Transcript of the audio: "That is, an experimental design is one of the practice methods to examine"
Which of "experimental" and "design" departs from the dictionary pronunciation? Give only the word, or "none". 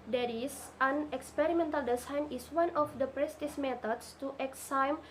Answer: design